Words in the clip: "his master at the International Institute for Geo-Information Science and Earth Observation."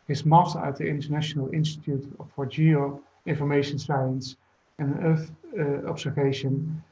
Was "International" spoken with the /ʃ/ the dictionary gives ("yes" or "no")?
yes